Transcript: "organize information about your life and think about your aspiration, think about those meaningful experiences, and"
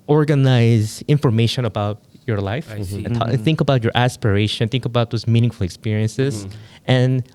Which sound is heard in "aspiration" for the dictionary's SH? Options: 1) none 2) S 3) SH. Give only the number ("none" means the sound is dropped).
1